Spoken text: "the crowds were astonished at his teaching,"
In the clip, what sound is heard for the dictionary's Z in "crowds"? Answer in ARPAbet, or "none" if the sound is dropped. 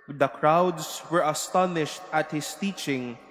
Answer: S